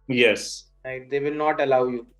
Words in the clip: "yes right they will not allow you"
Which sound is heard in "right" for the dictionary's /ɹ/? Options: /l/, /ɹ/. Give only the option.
/l/